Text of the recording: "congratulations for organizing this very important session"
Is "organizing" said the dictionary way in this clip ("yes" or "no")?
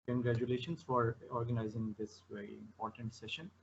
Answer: yes